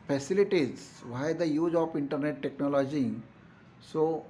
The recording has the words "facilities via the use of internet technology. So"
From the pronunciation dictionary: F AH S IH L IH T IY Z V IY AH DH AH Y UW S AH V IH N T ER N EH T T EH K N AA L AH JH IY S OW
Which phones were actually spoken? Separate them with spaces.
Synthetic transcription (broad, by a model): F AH S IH L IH T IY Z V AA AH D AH Y UW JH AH P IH N T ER N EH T T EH K N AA L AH JH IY S OW